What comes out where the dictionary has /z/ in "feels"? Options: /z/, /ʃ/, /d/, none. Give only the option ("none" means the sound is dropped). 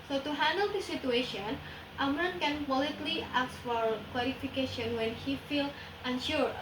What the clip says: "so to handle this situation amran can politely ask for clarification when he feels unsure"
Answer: none